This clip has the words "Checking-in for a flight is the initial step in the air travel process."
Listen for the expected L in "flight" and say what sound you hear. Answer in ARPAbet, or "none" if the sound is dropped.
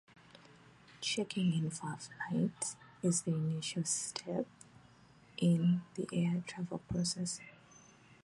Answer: N